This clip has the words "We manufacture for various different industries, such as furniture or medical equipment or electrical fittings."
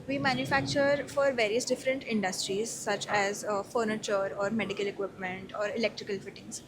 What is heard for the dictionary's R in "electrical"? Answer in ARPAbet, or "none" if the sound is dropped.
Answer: R